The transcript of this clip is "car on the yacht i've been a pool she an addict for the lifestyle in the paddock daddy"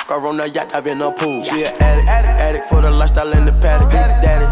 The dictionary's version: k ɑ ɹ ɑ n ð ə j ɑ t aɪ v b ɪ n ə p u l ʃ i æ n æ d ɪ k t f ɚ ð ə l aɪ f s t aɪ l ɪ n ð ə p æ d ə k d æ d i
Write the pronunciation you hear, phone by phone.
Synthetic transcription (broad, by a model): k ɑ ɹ ɑ n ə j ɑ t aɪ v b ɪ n ə p u l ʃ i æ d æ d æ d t f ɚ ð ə l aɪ s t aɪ l ɪ n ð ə p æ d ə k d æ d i